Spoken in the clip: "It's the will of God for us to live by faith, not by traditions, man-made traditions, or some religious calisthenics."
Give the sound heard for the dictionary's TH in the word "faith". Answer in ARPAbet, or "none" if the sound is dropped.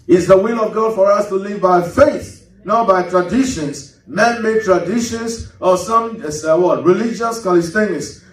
TH